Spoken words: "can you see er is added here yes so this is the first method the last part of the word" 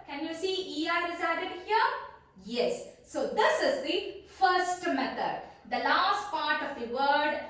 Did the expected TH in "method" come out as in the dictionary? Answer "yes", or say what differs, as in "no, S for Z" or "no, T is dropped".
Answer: no, T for TH